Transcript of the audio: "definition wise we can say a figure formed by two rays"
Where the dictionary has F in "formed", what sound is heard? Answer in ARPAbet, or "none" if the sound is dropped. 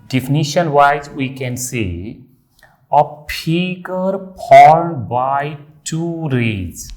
P